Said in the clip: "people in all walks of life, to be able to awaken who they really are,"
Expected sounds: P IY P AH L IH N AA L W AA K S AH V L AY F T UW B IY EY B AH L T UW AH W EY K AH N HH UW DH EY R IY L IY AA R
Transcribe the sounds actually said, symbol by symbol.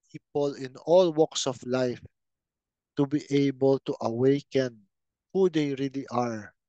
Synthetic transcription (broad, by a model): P IY P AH L IH N AA L W AA K S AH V L AY F T UW B IY EY B AH L T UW AH W EY K AH N HH UW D EY R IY L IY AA R